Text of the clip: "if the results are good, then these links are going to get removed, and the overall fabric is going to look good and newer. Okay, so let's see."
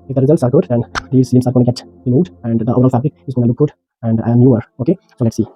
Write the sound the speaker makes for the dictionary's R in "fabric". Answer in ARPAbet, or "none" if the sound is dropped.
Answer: L